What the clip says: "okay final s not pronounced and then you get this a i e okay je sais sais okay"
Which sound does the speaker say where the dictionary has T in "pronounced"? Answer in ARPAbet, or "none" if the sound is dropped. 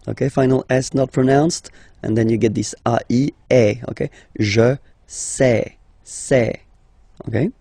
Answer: T